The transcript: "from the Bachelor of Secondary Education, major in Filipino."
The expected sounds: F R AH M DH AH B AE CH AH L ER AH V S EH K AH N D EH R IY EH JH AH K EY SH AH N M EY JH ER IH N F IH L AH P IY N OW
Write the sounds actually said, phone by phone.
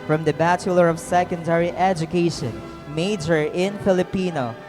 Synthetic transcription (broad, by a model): F R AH M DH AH B AE CH AH L ER AH V S EH K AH N D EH R IY EH JH AH K EY SH AH N M EY JH ER IH N F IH L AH P IY N OW